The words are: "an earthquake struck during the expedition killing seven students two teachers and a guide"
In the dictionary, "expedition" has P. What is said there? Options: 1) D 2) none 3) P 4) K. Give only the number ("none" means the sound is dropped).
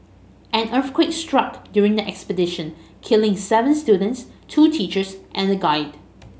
3